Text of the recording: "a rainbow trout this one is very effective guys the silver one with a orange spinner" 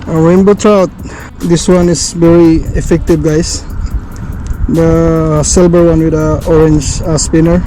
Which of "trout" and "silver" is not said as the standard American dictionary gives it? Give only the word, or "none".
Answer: silver